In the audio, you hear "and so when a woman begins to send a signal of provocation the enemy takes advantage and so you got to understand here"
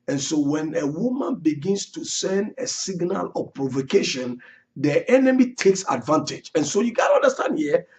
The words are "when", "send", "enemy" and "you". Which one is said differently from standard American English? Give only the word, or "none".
none